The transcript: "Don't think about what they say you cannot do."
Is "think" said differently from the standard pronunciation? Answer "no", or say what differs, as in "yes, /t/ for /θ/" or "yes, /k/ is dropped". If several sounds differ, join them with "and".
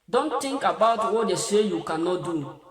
yes, /t/ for /θ/